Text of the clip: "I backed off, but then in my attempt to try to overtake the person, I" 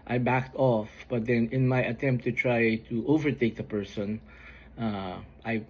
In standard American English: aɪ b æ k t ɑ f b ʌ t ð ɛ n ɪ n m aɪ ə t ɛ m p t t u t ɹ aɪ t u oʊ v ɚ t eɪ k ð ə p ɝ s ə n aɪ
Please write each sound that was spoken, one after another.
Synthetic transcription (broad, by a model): aɪ b æ k t ɑ f b ʌ t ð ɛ n ɪ n m aɪ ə t ɛ m p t t u t ɹ aɪ t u oʊ v ɚ t eɪ k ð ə p ɝ s ə n aɪ